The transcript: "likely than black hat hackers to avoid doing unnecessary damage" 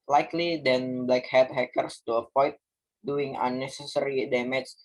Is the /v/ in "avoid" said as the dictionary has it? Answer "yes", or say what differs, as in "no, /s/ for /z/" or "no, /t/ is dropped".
no, /p/ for /v/